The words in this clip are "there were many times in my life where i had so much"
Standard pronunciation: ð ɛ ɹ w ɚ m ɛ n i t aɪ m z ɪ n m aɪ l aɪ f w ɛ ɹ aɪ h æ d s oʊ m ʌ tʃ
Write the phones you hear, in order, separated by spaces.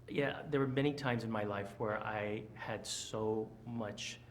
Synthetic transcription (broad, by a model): ð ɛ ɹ w ɚ m ɛ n i t aɪ m z ɪ n m aɪ l aɪ f w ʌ ɹ aɪ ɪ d s oʊ m ʌ tʃ